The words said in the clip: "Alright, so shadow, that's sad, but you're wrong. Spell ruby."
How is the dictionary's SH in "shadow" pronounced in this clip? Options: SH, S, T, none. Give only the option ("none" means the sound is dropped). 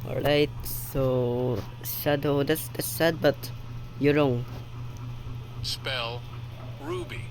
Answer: S